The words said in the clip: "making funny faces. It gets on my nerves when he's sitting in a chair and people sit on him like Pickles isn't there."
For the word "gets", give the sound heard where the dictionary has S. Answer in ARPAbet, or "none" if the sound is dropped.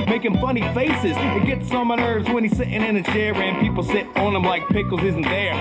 S